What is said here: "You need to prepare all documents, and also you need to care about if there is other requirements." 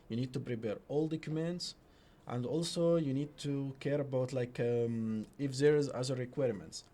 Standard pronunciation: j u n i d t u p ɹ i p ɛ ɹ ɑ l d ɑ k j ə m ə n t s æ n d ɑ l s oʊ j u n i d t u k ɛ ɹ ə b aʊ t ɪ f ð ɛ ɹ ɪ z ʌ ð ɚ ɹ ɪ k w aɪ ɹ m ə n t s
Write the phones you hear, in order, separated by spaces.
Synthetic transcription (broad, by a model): j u n i d t u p ɹ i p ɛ ɹ ɑ l d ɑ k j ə m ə n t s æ n d ɑ l s oʊ j u n i d t u k ɛ ɹ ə b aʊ t ɪ f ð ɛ ɹ ɪ z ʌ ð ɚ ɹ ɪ k w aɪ ɹ m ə n t s